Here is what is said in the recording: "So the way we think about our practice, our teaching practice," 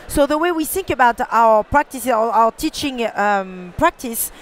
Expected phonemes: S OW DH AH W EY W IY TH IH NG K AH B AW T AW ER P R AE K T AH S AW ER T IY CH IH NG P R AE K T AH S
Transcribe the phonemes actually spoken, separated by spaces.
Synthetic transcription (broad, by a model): S OW DH AH W EY W IY TH IH NG K AH B AW T AW ER P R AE K T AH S AW ER T IY CH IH NG P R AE K T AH S